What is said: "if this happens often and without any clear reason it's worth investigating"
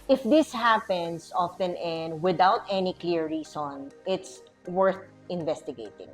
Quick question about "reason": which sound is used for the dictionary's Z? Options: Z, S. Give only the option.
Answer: S